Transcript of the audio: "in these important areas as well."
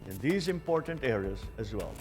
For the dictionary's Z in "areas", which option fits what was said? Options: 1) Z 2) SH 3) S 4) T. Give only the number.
1